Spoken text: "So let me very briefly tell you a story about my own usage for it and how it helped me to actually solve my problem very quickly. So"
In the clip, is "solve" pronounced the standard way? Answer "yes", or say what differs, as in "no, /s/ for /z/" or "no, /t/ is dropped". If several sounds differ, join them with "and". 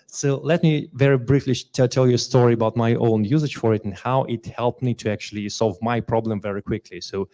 yes